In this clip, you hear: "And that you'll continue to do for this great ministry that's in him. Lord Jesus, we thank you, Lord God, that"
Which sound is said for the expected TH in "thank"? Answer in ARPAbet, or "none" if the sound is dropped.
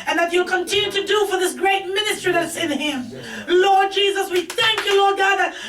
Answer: TH